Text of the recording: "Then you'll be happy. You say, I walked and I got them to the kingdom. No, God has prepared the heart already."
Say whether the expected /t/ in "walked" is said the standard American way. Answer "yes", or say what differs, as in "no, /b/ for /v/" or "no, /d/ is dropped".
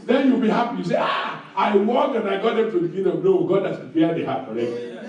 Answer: no, /t/ is dropped